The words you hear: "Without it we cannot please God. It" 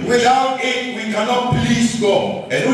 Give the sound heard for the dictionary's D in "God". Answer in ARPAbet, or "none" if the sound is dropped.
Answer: none